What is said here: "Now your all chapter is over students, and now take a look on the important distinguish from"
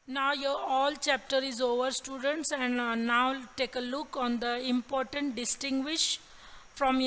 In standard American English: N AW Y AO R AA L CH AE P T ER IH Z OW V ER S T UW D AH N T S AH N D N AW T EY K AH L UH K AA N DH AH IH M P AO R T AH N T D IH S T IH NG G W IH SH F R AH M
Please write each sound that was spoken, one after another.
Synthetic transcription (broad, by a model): N AW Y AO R AA L CH AE P T ER IH Z OW V ER S T UW D AH N T S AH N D N AW T EY K AH L UH K AA N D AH IH M P AO R T AH N T D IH S T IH NG G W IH SH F R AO M